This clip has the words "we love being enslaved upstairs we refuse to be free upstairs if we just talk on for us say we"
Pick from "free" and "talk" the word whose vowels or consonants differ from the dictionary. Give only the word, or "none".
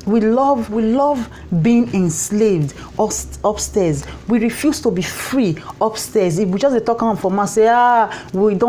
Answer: none